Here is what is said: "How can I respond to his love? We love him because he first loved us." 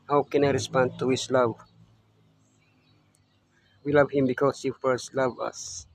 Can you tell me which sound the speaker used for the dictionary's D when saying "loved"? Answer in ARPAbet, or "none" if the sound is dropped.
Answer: none